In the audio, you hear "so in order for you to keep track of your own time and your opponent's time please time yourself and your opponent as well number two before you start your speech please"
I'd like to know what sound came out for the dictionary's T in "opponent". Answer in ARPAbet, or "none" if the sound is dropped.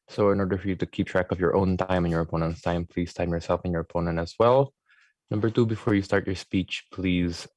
T